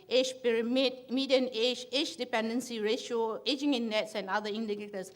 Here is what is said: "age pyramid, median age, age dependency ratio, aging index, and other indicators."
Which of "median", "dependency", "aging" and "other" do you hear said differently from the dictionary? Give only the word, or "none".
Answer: other